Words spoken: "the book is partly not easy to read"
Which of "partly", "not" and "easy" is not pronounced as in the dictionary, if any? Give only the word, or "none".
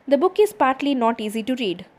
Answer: none